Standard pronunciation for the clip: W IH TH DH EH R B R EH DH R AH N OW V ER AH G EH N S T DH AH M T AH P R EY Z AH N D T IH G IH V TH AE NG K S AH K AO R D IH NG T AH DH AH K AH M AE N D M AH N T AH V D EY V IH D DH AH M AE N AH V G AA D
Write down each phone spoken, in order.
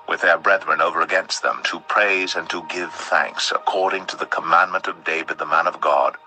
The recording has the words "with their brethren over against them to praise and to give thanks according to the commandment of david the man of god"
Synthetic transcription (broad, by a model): W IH DH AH R B R EH DH R AH N OW V ER AH G EH N S T DH AH M T AH P R EY Z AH N T IH G IH V TH AE NG K S AH K AO R D IH NG T AH DH AH K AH M AE N M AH N T AH V D EY V IH D DH AH M AE N AH V G AA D